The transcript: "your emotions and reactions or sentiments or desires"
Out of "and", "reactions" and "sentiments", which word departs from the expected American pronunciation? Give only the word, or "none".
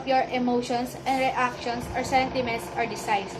reactions